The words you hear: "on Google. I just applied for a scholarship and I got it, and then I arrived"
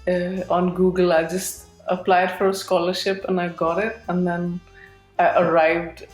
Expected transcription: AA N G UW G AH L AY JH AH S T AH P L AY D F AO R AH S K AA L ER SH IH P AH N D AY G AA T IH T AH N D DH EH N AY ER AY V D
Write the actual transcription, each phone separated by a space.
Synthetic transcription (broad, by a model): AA N G UW G AH L AY JH AH S T AH P L AY D F AO R AH S K AA L ER SH IH P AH N AY G AA T IH T AH N D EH N AY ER AY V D